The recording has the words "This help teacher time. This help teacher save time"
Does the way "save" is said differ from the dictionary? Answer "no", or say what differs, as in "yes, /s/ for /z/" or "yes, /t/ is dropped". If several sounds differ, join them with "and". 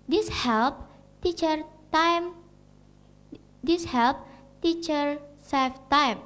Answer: yes, /f/ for /v/